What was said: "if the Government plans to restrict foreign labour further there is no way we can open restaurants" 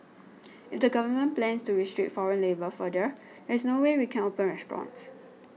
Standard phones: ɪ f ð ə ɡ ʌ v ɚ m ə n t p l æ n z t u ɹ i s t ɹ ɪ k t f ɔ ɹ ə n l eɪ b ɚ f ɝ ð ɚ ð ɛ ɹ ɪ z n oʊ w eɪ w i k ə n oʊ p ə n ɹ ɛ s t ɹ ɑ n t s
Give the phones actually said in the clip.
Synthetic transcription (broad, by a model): ɪ f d ə ɡ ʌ v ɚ m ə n p l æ n s t u ɹ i s t ɹ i t f ɔ ɹ ə n l eɪ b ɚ f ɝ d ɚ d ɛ ɹ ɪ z n oʊ w eɪ w i k ə n oʊ p ə n ɹ ɛ s t ɹ ɑ n t s